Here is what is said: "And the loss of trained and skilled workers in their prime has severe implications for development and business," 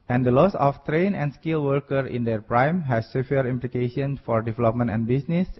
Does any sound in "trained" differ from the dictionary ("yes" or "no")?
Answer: yes